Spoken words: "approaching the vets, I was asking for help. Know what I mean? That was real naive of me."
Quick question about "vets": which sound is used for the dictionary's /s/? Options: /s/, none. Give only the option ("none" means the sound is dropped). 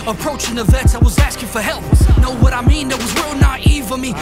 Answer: none